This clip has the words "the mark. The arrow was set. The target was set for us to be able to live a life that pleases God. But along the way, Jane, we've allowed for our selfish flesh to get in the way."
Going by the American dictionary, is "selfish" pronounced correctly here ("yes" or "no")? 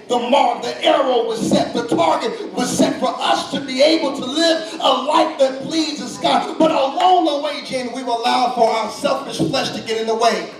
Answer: yes